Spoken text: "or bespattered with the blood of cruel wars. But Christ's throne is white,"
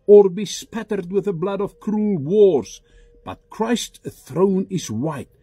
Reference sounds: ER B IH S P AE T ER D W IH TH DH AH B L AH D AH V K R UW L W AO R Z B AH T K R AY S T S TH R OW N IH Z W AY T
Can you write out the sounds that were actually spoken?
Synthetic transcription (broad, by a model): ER B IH S P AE T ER D W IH DH AH B L AH D AH V K R UW L W AO R Z B AH T K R AY S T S TH R OW N IH Z W AY T